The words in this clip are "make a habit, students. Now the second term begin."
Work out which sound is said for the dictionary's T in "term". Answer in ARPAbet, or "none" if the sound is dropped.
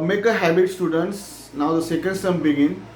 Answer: S